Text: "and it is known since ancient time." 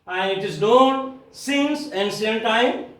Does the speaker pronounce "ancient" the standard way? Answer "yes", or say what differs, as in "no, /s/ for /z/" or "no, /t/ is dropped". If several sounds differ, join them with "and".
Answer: no, /s/ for /ʃ/